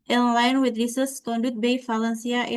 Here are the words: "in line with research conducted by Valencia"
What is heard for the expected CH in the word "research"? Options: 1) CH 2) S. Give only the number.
2